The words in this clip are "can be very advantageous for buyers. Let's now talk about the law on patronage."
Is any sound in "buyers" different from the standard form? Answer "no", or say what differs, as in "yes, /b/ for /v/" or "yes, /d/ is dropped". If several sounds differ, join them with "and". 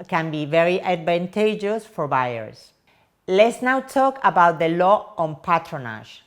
yes, /s/ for /z/